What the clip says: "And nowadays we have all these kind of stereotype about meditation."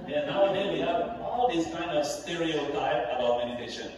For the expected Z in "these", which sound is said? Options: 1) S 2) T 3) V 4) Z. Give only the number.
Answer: 1